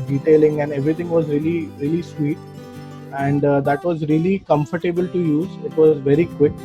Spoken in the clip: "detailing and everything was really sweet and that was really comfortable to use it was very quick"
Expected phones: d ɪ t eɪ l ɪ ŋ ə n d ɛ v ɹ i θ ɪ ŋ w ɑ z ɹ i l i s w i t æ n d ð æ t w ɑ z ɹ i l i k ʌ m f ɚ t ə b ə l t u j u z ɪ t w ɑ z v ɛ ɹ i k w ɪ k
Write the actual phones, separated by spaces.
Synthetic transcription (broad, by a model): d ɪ t eɪ l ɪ ŋ ə n d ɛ v ɹ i t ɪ ŋ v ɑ z ɹ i l i s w i t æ n d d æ t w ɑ z ɹ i l i k ʌ m f ɚ t ə b ə l t u j u z ɪ t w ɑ z v ɛ ɹ i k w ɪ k